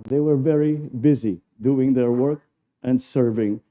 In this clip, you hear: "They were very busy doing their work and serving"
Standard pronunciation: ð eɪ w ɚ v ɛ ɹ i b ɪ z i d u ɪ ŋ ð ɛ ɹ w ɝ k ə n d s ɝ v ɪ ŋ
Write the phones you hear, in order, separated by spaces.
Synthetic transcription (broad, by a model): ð eɪ w ɚ v ɛ ɹ i b ɪ z i d u ɪ ŋ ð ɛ ɹ w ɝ k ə n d s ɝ v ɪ ŋ